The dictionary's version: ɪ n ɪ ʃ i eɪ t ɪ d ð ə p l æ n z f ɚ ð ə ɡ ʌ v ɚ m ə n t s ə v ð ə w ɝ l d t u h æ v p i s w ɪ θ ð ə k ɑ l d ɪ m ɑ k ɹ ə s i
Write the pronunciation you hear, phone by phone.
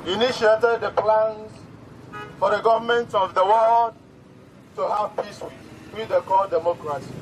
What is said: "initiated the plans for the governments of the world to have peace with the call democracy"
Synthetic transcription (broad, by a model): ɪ n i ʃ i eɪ t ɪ d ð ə p l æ n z f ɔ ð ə ɡ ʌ v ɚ m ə n t ə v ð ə w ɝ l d t u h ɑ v p i s w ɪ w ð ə k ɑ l d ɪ m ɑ k ɹ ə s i